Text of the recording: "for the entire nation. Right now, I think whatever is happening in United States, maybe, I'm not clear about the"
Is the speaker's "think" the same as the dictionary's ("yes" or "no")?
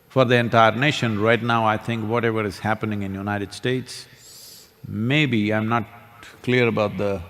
no